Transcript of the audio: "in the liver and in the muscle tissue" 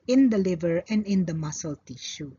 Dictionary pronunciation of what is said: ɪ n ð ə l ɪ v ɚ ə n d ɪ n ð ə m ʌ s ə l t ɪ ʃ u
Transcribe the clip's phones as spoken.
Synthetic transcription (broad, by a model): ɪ n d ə l ɪ v ɚ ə n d ɪ n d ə m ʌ s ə l t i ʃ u